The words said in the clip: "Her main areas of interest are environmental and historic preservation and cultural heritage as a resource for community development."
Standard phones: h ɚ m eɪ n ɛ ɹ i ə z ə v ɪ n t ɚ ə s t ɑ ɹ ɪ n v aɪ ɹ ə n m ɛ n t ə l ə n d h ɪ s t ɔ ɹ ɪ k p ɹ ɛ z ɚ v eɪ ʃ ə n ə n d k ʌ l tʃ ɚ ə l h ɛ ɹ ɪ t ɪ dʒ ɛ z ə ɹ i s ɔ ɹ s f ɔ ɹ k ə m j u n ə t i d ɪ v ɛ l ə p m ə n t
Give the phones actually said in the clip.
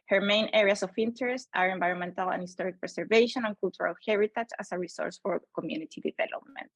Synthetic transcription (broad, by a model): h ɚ m eɪ n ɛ ɹ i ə s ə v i n t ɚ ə s t ɑ ɹ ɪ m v aɪ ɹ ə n m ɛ n t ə l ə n h ɪ s t ɔ ɹ ɪ k p ɹ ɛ s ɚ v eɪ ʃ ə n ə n k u l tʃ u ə l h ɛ ɹ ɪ t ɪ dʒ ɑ s ə ɹ i s ɔ ɹ s f ɔ ɹ k ə m j u n ə t i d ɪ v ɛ l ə p m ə n t